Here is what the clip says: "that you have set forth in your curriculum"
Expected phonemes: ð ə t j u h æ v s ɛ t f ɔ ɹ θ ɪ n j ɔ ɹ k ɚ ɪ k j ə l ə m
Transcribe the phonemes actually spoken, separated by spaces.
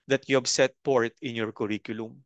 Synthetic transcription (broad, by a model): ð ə t j u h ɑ b s ɛ t p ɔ ɹ t ɪ n j ɔ ɹ k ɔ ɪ k j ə l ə m